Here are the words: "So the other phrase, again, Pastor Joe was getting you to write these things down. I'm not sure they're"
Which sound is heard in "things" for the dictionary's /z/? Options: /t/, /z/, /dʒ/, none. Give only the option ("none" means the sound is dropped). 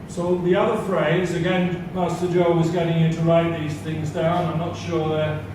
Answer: /z/